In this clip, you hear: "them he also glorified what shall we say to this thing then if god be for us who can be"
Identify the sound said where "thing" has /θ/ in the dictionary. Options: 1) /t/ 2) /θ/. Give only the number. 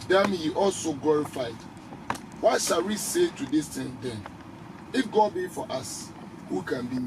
1